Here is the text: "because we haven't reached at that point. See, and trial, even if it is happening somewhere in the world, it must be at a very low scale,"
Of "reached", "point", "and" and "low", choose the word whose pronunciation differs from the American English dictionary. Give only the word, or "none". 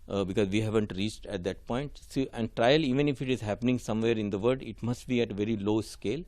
none